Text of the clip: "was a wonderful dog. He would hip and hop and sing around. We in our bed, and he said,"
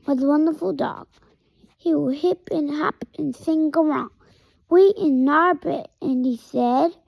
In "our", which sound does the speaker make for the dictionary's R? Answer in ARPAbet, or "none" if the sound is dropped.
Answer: R